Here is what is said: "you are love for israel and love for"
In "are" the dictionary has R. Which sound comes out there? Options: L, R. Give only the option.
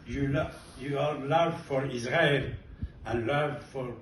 L